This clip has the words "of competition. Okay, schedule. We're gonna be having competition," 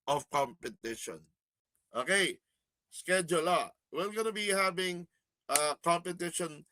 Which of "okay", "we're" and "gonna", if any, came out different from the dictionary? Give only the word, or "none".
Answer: we're